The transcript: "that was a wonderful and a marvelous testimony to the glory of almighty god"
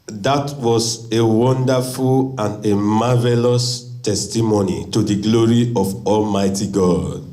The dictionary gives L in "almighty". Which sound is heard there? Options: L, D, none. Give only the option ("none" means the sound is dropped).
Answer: L